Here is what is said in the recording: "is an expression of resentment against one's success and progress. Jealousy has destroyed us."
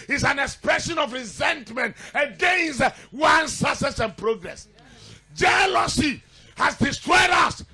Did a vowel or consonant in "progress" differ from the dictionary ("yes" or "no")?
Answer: no